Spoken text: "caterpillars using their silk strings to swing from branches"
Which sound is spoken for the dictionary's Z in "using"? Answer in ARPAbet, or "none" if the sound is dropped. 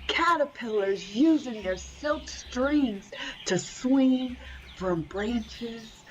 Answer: Z